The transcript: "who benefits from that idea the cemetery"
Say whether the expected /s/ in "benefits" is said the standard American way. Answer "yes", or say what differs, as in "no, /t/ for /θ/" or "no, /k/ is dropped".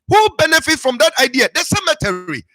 no, /s/ is dropped